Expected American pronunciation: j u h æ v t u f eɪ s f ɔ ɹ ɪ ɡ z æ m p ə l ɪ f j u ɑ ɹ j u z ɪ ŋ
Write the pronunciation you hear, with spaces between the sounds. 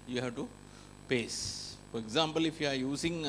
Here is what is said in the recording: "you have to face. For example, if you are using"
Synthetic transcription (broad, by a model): j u h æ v t u p eɪ s f ɔ ɹ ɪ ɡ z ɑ m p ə l ɪ f j u ɑ ɹ j u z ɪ ŋ